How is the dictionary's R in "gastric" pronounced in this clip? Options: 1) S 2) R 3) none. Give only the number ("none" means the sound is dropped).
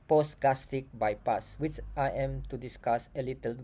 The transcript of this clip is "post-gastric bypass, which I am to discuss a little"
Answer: 3